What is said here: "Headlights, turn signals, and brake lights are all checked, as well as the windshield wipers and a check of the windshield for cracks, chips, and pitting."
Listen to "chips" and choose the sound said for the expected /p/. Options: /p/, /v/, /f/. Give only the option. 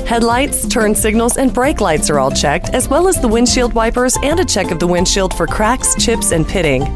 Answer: /p/